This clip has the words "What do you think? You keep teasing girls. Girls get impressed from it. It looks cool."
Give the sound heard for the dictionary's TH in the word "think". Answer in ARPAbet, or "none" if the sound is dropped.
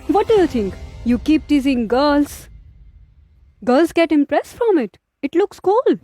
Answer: T